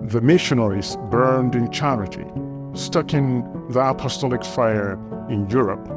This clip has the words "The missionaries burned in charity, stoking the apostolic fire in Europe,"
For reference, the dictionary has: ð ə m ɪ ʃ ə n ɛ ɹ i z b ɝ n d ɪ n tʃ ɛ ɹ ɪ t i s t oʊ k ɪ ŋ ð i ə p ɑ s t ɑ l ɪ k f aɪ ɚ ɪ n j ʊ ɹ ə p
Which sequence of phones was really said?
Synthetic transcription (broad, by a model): ð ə m ɪ ʃ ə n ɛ ɹ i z b ɝ n d ɪ n tʃ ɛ ɹ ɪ t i s t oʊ k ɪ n ð i ə p ɑ s t ɑ l ɪ k f aɪ ɚ ɪ n j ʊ ɹ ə p